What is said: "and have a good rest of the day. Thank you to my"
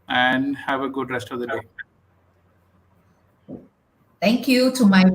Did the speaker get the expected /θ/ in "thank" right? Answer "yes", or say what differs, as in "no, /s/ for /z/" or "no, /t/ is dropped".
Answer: no, /t/ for /θ/